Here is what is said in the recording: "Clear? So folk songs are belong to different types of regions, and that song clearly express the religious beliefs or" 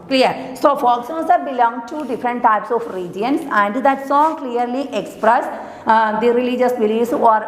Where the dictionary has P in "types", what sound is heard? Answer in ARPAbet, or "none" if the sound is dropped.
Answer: P